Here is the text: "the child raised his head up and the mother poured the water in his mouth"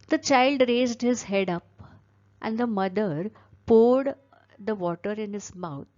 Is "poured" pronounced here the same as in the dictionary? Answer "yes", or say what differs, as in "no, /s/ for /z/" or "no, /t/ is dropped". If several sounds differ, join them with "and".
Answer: yes